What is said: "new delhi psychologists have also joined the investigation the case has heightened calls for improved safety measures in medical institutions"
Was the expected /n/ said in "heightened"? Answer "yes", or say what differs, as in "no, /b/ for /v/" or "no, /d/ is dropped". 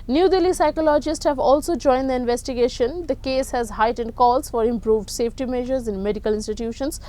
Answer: yes